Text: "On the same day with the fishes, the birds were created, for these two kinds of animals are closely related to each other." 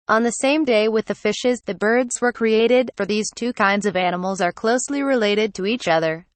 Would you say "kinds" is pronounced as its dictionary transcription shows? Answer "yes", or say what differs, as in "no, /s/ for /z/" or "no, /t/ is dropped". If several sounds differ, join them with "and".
yes